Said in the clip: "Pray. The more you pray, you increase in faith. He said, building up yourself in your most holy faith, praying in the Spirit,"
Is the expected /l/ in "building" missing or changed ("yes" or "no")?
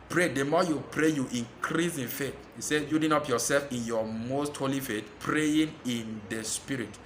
yes